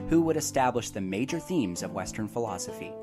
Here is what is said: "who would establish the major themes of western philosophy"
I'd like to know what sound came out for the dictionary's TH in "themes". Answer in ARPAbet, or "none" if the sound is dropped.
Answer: TH